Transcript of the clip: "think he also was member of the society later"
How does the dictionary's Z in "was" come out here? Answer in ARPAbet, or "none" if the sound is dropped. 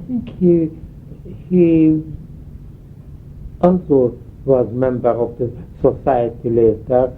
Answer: Z